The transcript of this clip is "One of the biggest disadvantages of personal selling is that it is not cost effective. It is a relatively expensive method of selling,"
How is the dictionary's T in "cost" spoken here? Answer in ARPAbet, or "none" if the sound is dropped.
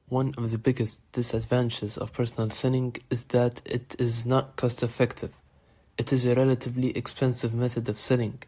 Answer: T